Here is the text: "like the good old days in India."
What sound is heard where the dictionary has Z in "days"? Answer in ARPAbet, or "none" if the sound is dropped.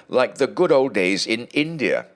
Z